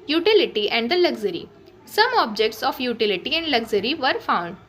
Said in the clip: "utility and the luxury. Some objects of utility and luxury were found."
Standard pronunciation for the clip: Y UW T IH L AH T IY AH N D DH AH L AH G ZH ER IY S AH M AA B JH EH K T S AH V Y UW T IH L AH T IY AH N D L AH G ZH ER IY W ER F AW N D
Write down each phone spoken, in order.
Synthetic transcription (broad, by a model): Y UW T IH L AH T IY AH N D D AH L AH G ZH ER IY S AH M AA B JH EH K T S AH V Y UW T IH L AH T IY AH N D L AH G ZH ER IY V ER F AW N D